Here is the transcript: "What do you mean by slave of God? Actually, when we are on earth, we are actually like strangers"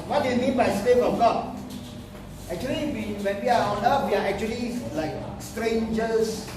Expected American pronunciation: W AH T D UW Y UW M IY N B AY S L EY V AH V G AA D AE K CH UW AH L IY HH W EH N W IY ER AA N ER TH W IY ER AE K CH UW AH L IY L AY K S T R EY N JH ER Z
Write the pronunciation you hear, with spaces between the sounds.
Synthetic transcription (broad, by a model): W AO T D UW Y UW M IY N B AY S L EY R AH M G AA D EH K CH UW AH L IY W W EH N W IY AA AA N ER F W IY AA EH K CH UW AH L IY L AY K S T R EY N JH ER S